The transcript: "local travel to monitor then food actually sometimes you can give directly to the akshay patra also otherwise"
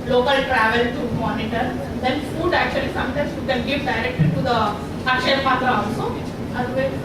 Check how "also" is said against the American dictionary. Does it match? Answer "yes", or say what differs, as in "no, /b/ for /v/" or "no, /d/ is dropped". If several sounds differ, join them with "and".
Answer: no, /l/ is dropped